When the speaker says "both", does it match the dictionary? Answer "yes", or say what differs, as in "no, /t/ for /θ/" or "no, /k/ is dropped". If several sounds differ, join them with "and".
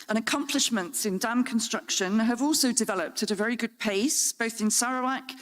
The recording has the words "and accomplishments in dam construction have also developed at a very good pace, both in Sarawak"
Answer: yes